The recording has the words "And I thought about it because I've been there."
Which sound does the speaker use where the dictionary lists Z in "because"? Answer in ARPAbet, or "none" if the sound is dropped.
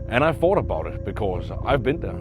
Z